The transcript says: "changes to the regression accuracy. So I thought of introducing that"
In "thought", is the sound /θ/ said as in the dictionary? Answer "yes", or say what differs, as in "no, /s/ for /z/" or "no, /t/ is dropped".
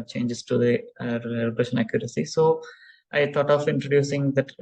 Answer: no, /t/ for /θ/